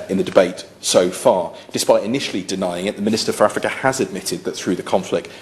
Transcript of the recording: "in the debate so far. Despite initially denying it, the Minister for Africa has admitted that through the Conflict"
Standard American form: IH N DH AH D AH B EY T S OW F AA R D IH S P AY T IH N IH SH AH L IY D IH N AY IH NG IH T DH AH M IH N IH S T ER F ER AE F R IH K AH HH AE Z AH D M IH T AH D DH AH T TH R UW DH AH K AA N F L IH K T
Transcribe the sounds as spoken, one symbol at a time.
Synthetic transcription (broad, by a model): IH N DH AH D AH B EY T S OW F AA D IH S P AY T IH N IH SH AH L IY D IH N AY IH NG IH T DH AH M IH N IH S T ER F ER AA F R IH K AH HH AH Z AH D M IH T AH D DH AH T TH R UW DH AH K AA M F L IH K T